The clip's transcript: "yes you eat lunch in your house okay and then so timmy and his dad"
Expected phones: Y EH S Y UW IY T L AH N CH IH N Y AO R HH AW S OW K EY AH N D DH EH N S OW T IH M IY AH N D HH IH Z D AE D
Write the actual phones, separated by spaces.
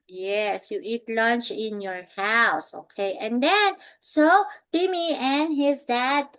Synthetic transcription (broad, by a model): Y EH S Y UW IY T L AH N CH IH N Y AO R HH AW S OW K EY AH N D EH N S OW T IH M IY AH N HH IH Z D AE D